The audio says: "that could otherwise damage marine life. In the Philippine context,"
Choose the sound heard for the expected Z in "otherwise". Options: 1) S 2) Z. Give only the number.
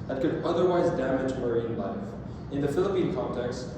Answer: 2